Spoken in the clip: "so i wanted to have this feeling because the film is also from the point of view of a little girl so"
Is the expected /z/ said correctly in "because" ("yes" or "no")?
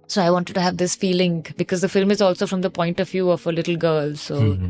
yes